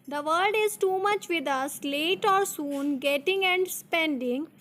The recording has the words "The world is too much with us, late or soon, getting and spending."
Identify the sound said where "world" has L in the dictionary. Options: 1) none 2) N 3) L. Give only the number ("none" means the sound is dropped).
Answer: 1